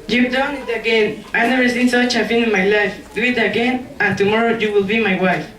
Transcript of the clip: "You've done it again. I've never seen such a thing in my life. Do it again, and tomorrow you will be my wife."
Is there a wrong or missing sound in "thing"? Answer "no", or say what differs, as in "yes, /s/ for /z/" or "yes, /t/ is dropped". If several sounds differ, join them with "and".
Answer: yes, /f/ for /θ/